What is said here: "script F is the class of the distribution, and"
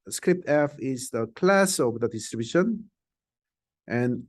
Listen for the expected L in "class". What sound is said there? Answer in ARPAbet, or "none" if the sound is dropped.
L